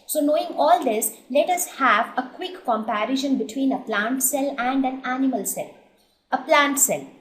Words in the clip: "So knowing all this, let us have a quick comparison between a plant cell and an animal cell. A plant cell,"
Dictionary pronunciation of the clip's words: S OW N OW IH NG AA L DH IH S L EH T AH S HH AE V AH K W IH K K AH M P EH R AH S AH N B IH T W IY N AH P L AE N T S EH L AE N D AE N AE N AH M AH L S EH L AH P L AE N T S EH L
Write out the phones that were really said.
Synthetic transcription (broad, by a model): S OW N OW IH NG AA L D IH S L EH T AH S HH AE V AH K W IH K K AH M P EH R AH SH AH N B IH T W IY N AH P L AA N T S EH L AE N D AE N AE N AH M AH L S EH L AH P L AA N T S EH L